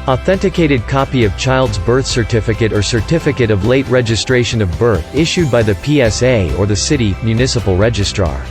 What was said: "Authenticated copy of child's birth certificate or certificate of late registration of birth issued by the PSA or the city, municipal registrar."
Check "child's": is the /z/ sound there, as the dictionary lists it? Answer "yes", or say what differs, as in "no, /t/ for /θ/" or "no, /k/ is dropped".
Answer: yes